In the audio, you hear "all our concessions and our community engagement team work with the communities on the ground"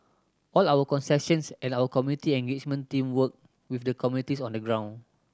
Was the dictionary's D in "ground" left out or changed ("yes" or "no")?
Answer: yes